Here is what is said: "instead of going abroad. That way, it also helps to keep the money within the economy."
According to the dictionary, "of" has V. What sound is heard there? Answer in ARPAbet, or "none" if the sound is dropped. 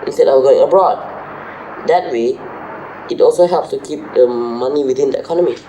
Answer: W